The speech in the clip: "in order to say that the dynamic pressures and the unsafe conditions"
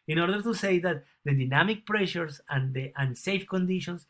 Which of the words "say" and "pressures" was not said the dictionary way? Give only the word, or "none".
pressures